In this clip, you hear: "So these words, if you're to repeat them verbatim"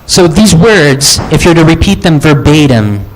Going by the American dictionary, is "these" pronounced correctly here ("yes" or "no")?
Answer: yes